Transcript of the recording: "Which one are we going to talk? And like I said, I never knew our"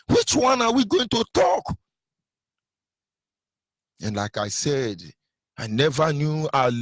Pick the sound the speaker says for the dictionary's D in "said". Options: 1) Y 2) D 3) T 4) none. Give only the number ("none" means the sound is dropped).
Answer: 2